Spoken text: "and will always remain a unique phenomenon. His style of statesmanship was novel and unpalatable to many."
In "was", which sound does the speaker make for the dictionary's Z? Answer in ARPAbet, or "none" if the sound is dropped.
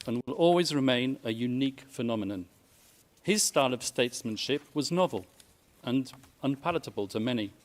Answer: Z